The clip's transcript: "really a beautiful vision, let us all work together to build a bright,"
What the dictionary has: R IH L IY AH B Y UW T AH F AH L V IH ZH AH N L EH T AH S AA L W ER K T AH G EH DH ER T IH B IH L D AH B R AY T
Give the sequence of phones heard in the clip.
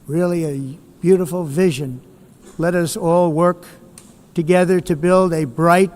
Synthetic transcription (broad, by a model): R IH L IY AH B Y UW T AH F L V IH ZH AH N L EH T AH S AA L W ER K T AH G EH DH ER T IH B IH L D AH B R AY T